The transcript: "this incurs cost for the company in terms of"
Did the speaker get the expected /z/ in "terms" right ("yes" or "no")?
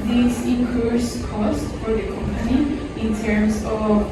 no